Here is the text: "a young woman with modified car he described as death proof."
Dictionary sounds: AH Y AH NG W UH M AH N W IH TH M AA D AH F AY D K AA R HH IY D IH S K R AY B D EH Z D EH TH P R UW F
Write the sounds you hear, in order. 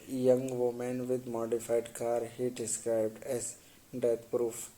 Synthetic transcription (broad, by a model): Y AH NG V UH M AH N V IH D M AA D AH F AY D K AA R HH IY D IH S K R AY B D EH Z D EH T P R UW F